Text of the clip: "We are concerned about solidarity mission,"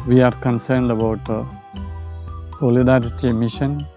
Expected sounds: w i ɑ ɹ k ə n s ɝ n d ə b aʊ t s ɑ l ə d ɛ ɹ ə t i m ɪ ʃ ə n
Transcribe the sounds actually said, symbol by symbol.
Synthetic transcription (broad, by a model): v i ɑ ɹ k ə n s ɝ n d ə b aʊ t s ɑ l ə d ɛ ɹ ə t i m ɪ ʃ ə n